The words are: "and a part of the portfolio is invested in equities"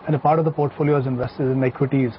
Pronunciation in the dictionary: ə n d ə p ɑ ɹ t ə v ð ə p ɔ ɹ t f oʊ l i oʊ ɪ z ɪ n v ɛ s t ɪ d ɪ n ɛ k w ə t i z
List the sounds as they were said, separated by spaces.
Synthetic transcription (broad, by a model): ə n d ə p ɑ ɹ t ə v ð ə p ɔ ɹ t f oʊ l i oʊ ɪ z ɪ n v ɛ s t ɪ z ɪ n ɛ k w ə t i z